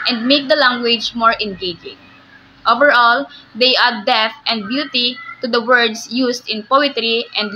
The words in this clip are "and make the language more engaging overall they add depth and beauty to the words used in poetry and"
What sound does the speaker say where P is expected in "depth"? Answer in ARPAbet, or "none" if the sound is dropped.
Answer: none